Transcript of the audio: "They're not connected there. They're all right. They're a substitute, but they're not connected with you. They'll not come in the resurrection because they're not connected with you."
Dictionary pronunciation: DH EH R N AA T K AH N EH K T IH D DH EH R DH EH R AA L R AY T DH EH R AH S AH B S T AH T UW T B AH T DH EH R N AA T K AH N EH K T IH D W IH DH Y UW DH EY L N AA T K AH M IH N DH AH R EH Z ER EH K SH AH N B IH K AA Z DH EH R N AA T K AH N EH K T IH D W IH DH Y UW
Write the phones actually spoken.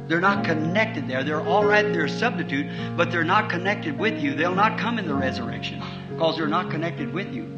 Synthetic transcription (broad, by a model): DH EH R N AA T K AH N EH K T IH D DH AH R DH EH R AA L R AY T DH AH R S AH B S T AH T UW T B AH T DH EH R N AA T K AH N EH K T IH D W IH DH Y UW DH EY L N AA T K AH M IH N DH AH R EH Z ER EH K SH AH N K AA Z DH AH R N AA T K AH N EH K T IH D W IH DH Y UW